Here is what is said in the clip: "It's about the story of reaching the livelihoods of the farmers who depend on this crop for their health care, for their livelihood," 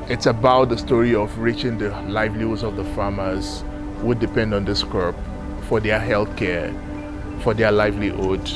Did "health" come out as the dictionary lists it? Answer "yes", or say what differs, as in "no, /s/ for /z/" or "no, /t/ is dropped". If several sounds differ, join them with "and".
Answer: yes